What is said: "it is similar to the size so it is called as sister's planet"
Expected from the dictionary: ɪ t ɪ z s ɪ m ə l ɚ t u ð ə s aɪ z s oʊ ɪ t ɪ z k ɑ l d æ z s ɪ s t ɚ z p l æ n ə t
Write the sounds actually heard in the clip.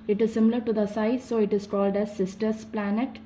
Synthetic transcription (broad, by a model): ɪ t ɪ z s ɪ m ə l ɚ t u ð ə s aɪ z s oʊ ɪ t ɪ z k ɑ l d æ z s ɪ s t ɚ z p l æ n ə t